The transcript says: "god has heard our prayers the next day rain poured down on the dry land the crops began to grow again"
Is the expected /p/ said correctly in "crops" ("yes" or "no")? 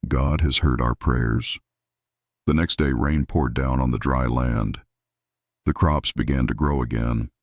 yes